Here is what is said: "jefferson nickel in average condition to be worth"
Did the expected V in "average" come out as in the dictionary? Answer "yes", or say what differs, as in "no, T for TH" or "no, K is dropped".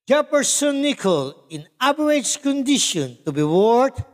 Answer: no, B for V